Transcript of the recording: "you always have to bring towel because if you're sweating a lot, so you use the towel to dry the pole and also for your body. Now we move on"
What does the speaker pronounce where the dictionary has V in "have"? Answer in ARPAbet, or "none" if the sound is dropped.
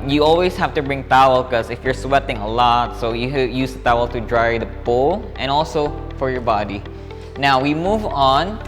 F